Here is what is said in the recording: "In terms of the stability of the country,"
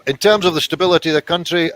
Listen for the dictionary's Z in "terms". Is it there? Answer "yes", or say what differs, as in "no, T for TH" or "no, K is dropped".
yes